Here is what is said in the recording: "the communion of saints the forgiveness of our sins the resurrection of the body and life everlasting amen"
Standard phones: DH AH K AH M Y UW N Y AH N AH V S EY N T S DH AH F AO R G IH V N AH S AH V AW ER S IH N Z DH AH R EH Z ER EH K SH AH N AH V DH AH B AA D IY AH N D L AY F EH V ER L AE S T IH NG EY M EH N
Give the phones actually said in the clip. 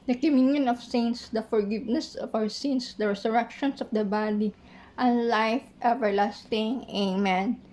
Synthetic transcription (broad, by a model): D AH K AH M Y UW N Y AH N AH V S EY N S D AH F AO R G IH V N AH S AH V AW ER S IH N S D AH R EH S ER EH K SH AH N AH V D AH B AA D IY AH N L AY F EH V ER L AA S T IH NG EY M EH N